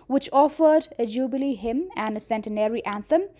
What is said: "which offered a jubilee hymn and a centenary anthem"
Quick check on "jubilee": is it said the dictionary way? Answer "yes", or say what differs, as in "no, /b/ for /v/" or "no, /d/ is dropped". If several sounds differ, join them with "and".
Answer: yes